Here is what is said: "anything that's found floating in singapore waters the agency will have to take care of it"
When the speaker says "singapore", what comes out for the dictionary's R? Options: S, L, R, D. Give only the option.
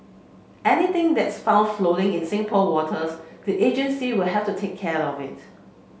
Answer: L